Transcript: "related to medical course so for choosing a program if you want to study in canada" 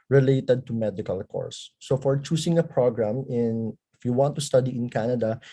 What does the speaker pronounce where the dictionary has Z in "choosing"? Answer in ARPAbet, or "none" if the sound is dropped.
S